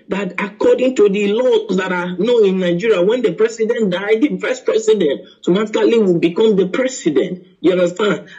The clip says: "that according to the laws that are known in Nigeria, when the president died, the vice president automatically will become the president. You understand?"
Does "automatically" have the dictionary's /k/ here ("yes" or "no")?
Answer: no